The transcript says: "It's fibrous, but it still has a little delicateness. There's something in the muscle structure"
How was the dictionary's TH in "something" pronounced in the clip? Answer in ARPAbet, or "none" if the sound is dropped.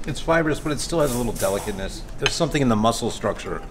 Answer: TH